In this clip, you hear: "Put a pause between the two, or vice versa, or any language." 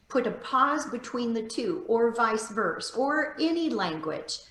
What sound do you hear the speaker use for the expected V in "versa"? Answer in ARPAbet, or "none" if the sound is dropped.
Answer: V